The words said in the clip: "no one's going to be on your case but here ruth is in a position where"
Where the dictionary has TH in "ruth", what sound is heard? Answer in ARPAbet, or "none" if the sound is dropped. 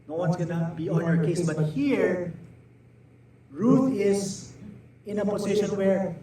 T